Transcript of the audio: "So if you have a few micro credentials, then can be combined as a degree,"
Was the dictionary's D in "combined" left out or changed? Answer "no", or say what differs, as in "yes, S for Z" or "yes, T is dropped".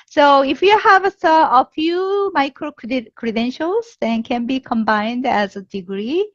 no